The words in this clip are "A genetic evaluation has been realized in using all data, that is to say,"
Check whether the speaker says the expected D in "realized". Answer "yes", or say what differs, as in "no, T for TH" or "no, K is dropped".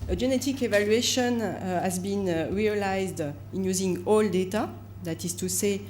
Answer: yes